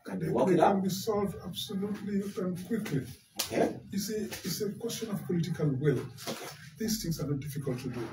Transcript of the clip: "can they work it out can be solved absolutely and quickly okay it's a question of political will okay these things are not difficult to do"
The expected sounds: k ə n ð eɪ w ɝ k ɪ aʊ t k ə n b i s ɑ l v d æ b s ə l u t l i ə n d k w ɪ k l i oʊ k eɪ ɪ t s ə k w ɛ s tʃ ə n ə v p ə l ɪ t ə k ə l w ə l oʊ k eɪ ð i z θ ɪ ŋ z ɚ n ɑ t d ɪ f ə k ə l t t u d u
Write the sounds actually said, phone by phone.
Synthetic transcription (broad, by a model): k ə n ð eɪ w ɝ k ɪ k ə n b i s ɑ l v d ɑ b s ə l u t l i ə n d k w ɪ k l i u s ɪ t s ə k w ɛ s tʃ ə n ə v p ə l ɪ t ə k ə l w ə l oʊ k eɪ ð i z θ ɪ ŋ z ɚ n ɑ t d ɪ f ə k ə l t t u d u